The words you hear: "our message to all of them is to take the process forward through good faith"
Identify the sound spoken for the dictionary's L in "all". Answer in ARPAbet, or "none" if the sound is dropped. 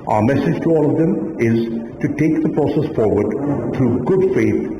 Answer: L